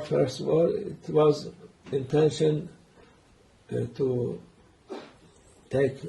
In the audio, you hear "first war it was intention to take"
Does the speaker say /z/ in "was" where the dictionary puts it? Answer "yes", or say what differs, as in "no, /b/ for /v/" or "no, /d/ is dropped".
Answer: yes